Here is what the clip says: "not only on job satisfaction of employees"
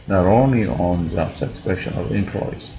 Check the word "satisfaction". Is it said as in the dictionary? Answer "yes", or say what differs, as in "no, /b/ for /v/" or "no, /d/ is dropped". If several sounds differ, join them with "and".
no, /p/ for /f/ and /k/ is dropped